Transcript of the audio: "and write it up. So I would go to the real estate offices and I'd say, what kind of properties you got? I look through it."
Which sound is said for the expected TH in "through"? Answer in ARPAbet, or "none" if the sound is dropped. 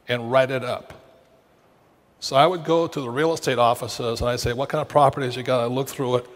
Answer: TH